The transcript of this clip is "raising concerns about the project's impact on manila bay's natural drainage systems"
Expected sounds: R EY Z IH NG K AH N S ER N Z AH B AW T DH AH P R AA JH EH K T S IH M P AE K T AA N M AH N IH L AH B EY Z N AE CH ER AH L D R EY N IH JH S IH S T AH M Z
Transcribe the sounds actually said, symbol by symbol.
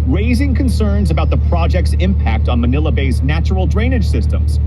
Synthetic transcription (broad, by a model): R EY Z IH NG K AH N S ER N Z AH B AW T DH AH P R AA JH EH K T S IH M P AE K T N M AH N IH L AH B EY Z N AE CH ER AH L D R EY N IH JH S IH S T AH M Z